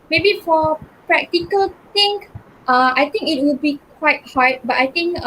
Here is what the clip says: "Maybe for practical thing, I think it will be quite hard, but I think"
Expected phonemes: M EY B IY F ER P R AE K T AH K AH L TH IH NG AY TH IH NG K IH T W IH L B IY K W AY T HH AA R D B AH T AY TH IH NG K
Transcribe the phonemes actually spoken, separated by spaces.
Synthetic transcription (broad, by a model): M EY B IY F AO P R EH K T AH K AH L T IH NG AY T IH NG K IH T W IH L B IY K W AY T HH AA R B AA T AY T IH NG K